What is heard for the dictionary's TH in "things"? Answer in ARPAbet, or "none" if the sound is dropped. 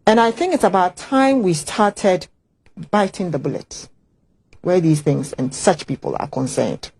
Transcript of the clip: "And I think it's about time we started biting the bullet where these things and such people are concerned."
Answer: TH